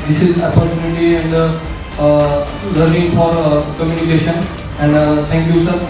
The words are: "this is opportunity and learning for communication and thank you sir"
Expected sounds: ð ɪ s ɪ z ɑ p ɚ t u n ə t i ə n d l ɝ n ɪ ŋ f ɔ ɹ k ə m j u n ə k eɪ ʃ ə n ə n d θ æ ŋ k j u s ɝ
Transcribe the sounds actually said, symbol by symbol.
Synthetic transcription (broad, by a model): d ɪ s ɪ z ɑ p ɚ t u n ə t i ə n d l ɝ ɪ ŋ f ɔ ɹ k ə m j u n ə k eɪ ʃ ə n ə n d t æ ŋ k j u s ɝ